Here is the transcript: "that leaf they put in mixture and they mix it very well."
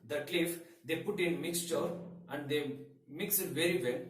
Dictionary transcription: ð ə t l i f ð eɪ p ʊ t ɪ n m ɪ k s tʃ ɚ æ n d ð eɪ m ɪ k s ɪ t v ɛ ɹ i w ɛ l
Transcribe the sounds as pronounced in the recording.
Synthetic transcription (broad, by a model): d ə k l i f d eɪ p ʊ t ɪ n m ɪ k s tʃ ɚ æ n d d eɪ m ɪ k s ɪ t v ɛ ɹ i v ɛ l